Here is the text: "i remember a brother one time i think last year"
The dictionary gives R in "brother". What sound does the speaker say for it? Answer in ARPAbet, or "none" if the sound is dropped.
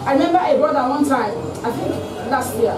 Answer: none